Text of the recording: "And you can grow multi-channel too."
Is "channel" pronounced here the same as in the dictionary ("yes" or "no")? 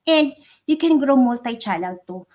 no